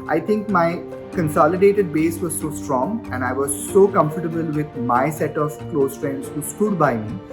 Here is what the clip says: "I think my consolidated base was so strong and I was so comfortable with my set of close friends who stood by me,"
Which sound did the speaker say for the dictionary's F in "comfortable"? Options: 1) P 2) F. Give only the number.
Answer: 2